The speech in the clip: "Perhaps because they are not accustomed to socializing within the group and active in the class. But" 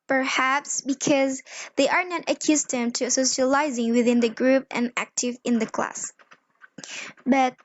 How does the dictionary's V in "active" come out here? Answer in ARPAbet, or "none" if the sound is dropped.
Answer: V